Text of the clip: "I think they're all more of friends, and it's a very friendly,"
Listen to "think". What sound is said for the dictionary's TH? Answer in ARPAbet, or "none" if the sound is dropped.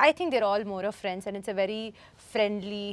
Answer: T